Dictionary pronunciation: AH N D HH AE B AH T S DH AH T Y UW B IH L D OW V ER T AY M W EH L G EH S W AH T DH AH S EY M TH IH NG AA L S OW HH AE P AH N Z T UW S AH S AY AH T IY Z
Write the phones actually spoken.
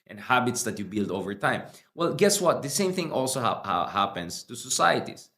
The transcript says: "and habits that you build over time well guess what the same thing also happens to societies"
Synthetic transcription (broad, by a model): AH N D HH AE B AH T S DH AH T Y UW B IH L D OW V ER T AY M W EH L G EH S W AH T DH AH S EY M TH IH NG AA L S OW HH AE P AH N S T UW S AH S AY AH T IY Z